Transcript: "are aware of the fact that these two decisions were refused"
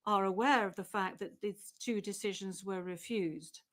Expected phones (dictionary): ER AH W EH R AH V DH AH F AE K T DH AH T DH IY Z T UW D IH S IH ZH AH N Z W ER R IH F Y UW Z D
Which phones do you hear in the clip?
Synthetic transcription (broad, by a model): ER AH W EH R AH V DH AH F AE K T DH AH T DH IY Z T UW D IH S IH ZH AH N Z W ER R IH F Y UW Z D